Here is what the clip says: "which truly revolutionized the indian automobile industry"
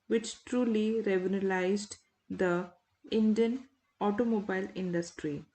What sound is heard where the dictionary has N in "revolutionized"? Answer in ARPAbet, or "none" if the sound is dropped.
L